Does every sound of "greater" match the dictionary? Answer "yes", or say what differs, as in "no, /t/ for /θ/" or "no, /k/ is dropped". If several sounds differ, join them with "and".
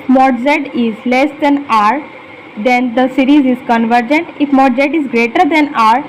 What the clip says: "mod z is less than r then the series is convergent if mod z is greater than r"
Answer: yes